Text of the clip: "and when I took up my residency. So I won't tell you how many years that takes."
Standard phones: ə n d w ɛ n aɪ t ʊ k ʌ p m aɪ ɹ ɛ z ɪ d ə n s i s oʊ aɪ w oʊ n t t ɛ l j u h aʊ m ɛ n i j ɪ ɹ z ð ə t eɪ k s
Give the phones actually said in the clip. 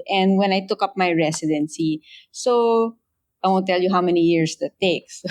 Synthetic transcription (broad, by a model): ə n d w ɛ n aɪ t ʊ k ʌ p m aɪ ɹ ɛ s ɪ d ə n s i s oʊ aɪ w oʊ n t t ɛ l j u h aʊ m ɛ n i j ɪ ɹ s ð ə t eɪ k s